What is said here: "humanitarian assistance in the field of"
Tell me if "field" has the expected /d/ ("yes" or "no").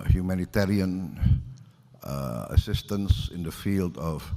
yes